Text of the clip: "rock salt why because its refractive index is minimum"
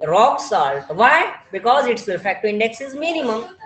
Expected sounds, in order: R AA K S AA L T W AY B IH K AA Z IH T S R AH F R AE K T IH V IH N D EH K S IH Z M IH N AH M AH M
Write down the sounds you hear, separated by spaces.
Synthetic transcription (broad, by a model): R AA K S AA L T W AY B IH K AA Z IH T S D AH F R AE K T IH IH N D EH K S IH Z M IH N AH M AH M